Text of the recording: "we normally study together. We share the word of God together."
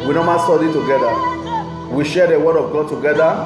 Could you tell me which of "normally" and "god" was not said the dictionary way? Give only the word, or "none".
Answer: normally